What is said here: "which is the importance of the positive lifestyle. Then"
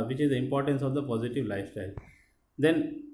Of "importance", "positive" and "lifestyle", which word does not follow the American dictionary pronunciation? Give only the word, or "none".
none